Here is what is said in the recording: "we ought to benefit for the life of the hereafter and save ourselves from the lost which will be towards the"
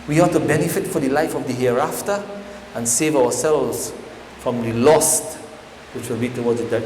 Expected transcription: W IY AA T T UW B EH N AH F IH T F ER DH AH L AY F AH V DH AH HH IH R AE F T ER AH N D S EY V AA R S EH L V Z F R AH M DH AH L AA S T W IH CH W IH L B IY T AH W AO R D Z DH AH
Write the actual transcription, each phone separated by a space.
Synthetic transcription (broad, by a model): W IY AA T T UW B EH N AH F IH T F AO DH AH L AY F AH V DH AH HH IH R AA F T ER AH N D S EY V AA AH S EH L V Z F R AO M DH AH L AA S T W IH CH W IH L B IY T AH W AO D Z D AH